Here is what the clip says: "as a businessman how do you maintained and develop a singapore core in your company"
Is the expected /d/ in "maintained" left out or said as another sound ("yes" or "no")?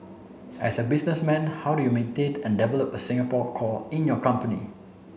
yes